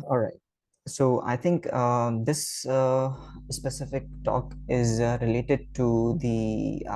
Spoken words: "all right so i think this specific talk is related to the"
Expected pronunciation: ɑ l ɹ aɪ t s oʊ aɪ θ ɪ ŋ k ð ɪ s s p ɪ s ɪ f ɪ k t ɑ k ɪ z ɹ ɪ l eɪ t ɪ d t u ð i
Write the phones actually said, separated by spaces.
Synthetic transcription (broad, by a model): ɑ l ɹ aɪ t s oʊ aɪ t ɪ ŋ k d ɪ s s p ɪ s ɪ f ɪ k t ɑ k ɪ z ɹ ɪ l eɪ t ɪ d t u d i